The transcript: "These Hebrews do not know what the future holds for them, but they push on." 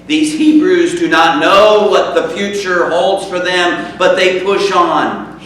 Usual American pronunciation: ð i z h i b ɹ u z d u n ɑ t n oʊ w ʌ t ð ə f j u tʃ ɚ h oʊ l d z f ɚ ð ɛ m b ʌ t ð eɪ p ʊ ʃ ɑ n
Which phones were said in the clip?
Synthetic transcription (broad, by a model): ð i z h i b ɹ u z d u n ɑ t n oʊ w ʌ t ð ə f j u tʃ ɚ h oʊ l d z f ɚ ð ɛ m b ʌ t ð eɪ p ʊ ʃ n